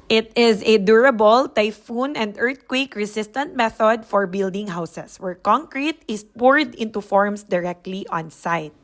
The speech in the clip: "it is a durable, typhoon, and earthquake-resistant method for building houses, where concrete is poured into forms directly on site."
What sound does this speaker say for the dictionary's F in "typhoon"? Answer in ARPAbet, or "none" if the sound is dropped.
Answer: F